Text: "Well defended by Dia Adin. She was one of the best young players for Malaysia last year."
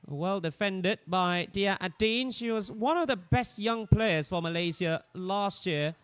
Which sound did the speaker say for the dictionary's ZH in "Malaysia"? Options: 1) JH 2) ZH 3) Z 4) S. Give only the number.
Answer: 3